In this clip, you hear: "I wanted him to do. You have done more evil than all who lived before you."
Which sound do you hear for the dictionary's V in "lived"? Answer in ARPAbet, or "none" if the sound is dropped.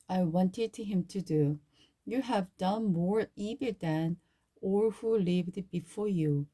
V